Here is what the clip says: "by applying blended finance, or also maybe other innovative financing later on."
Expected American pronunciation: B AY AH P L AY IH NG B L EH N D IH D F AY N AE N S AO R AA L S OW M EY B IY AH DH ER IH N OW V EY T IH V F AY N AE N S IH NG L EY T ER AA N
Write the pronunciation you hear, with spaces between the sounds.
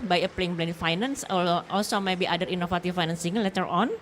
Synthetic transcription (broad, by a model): B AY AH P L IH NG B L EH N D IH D F AY N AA N S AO L AA L S OW M EY B IY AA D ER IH N OW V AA T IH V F AY N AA N S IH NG L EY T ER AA N